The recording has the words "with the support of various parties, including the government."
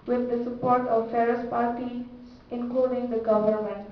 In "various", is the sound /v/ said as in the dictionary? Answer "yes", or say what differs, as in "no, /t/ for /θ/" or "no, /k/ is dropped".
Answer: no, /f/ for /v/